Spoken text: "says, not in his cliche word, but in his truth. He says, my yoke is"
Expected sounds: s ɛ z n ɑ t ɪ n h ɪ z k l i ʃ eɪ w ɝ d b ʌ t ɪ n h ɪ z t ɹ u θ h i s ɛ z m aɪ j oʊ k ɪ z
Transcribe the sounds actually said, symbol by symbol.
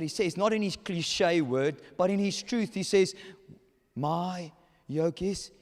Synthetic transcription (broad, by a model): s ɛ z n ɑ t ɪ n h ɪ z k l i ʃ eɪ w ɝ d b ʌ t ɪ n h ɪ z t ɹ u θ h i s ɛ z m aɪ j oʊ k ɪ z